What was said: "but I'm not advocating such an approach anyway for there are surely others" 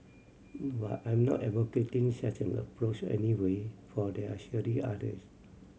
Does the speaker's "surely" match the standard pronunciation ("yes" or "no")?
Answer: no